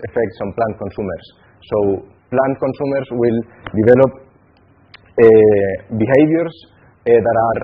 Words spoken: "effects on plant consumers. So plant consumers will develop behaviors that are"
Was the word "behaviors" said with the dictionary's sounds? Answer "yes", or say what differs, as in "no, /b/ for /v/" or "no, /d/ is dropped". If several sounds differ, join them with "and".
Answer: no, /s/ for /z/